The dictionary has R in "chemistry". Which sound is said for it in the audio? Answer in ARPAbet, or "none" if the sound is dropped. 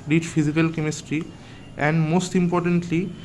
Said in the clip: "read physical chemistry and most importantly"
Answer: R